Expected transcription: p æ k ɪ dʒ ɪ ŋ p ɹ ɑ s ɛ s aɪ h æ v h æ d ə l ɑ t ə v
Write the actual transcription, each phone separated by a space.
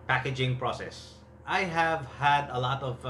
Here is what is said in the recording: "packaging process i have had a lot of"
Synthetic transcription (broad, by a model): p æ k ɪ dʒ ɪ ŋ p ɹ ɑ s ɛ s aɪ h æ v h æ d ə l ɑ t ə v